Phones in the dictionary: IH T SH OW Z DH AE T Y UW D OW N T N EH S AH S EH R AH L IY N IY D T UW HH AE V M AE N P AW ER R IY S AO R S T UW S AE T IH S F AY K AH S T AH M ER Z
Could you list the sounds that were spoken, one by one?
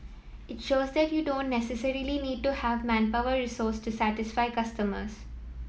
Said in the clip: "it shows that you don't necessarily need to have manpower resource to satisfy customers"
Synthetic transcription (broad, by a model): IH T SH OW Z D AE T Y UW D OW N T N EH S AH S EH R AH L IY N IY D T UW HH AE V M AE N P AW ER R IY S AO R S T UW S AE T IH S F AY K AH S T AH M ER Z